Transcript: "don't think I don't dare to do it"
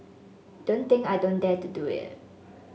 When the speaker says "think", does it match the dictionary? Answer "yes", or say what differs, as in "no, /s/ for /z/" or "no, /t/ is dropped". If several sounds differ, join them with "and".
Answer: no, /t/ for /θ/